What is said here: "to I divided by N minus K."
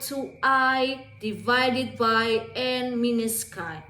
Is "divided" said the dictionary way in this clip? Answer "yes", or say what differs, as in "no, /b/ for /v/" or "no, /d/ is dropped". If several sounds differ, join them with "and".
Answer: yes